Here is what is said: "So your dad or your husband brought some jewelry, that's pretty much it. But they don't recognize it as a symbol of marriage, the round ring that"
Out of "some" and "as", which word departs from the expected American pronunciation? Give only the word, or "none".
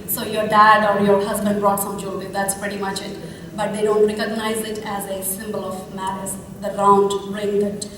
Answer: none